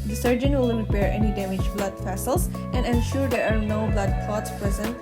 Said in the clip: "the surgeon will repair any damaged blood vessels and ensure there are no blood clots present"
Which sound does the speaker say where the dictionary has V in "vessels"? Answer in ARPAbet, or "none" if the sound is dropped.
F